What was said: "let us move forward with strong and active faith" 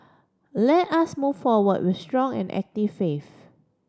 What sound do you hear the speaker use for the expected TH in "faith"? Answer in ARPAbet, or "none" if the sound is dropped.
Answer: F